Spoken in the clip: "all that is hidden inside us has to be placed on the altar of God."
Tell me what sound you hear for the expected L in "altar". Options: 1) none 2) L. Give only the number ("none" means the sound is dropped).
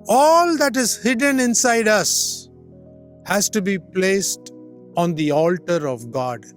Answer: 2